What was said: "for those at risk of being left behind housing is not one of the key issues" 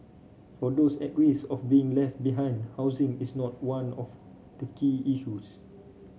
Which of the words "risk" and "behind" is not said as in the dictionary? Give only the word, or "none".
risk